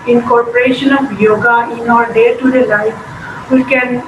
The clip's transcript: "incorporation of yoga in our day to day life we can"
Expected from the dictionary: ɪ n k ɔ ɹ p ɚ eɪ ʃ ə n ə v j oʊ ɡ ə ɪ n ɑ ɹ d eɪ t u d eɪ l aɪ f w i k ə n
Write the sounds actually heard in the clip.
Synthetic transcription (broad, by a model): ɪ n k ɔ ɹ p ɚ eɪ ʃ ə n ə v j oʊ ɡ ə ɪ n ɑ ɹ d eɪ t u d eɪ l aɪ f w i k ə n